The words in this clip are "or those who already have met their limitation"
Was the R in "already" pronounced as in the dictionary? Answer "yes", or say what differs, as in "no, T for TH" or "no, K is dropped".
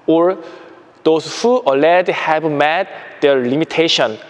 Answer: no, L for R